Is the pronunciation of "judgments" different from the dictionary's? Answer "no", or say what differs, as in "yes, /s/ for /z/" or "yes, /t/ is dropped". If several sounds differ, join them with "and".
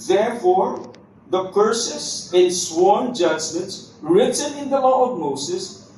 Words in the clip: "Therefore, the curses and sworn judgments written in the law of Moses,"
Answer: yes, /s/ is dropped